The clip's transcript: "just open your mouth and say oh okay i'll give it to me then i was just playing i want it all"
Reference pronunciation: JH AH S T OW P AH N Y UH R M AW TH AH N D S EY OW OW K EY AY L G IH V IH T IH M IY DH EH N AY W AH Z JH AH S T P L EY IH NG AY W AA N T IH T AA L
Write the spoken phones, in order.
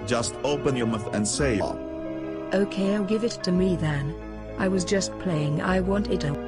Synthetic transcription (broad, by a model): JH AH S T OW P AH N Y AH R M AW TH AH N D S EY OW OW K EY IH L G IH V IH T IH M IY DH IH N AY W AH Z JH AH S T P L EY IH NG AY W AA N T IH T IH